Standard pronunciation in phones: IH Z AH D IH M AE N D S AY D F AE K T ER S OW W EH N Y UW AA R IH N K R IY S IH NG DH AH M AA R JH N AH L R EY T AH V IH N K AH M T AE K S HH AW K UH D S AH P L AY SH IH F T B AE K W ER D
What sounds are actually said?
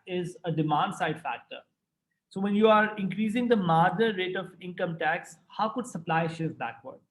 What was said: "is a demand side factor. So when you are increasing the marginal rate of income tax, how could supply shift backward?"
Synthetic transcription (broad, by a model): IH Z AH D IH M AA N D S AY D F AE K T ER S OW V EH N Y UW AA R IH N K R IY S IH NG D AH M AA R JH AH R EY T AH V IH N K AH M T AE K S HH AW K UH D S AH P L AY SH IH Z B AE K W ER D